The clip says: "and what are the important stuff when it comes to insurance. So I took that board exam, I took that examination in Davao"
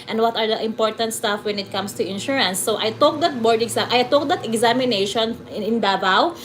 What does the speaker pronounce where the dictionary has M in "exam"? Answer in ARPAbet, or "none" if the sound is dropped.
none